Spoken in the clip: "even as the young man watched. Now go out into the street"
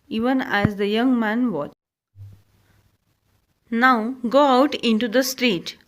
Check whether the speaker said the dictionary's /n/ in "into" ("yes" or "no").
yes